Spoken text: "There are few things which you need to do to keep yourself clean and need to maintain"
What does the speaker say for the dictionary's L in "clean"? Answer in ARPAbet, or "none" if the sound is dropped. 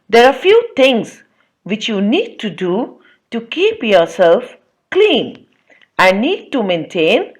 L